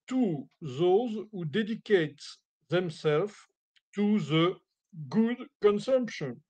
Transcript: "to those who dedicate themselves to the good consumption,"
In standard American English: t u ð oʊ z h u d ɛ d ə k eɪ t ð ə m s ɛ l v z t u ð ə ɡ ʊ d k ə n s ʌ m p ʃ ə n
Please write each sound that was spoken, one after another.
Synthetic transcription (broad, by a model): t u ð oʊ z h u d ɛ d ə k eɪ t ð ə m s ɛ l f t u ð ə ɡ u d k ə n s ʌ m p ʃ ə n